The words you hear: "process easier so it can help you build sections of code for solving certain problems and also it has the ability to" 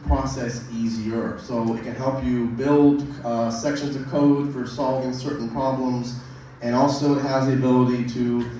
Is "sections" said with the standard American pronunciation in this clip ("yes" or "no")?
yes